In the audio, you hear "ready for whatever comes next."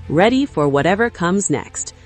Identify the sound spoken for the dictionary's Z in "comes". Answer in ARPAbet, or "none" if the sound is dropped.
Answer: Z